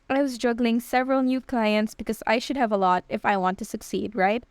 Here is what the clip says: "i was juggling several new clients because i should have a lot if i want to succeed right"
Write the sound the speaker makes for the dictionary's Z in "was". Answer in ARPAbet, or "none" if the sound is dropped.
Z